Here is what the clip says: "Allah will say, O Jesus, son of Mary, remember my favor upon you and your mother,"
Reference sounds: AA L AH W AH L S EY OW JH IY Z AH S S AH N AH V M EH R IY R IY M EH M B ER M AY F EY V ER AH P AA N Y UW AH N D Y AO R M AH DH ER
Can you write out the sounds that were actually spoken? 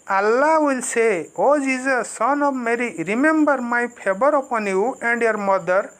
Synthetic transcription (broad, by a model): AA L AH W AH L S EY OW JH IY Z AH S S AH N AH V M EH R IY R IY M EH M B ER M AY P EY B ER AH P AA N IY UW AH N D Y AO R M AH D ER